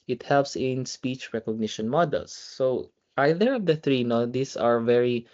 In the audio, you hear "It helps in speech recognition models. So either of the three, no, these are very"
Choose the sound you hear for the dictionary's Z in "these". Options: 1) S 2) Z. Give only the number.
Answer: 1